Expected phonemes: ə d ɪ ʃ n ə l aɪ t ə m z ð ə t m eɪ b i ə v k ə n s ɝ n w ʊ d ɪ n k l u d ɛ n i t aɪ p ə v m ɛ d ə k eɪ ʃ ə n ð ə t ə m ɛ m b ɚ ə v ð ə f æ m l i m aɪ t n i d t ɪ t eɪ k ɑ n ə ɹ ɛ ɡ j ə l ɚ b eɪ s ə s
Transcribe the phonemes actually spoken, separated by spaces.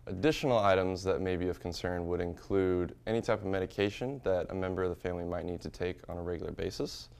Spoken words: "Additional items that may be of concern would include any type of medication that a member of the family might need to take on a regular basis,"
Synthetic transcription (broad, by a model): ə d ɪ ʃ n l aɪ t ə m z ð ə t m eɪ b i ə v k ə n s ɝ n w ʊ d ɪ n k l u d ɛ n i t aɪ p ə v m ɛ d ə k eɪ ʃ ə n ð ə t ə m ɛ m b ɚ ə v ð ə f æ m l i m aɪ t n i d t ɪ t eɪ k n ə ɹ ɛ ɡ j l ɚ b eɪ s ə s